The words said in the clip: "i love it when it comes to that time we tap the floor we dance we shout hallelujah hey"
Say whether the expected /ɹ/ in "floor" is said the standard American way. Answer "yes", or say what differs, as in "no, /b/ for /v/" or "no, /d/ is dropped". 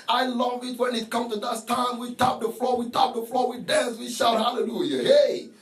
no, /l/ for /ɹ/